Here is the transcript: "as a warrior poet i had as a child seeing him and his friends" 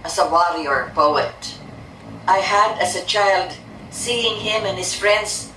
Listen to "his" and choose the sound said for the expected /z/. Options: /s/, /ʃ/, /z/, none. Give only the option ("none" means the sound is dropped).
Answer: /s/